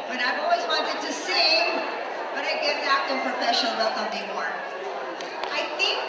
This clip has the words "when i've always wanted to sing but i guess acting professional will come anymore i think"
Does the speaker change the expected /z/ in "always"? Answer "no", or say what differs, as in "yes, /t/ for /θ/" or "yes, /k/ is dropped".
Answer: no